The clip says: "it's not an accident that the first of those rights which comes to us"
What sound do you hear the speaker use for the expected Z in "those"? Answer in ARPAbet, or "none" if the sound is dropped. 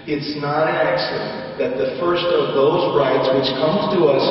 Z